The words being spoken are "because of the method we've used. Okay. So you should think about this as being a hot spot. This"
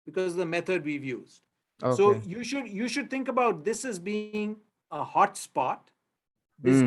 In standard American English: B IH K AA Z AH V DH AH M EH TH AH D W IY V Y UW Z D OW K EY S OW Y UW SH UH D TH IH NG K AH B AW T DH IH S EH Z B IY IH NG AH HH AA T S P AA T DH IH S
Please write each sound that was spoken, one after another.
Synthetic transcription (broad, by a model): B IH K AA Z AH V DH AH M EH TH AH D W IY V Y UW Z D OW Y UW SH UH Y UW SH UH D T IH NG K AH B AW T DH IH S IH Z B IY IH NG AH HH AA T S P AA T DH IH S